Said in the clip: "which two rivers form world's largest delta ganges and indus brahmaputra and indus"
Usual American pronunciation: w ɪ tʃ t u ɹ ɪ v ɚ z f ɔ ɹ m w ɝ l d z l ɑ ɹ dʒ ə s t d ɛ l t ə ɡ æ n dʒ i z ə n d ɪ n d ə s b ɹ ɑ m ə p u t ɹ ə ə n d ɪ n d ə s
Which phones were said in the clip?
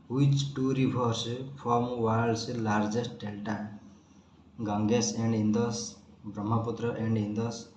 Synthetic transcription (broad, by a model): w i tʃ t u ɹ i b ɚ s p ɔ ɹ m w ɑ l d s l ɑ ɹ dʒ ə s t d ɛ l t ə ɡ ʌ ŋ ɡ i s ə n d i n d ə s b ɹ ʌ m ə p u t ɹ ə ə n d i n d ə s